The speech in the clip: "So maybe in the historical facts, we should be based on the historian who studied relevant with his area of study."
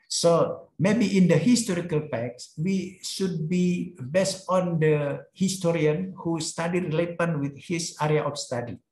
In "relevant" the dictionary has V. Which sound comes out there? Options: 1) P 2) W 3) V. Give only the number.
1